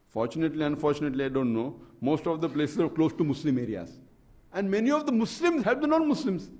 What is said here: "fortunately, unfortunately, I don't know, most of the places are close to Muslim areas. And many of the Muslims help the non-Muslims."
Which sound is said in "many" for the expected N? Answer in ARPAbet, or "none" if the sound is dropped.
N